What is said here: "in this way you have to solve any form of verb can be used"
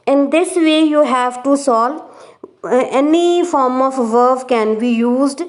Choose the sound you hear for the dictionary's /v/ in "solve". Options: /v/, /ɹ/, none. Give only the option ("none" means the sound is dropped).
none